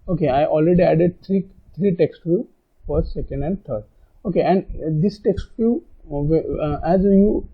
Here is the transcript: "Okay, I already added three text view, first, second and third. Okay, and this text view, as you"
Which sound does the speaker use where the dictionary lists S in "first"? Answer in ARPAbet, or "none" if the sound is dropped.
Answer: none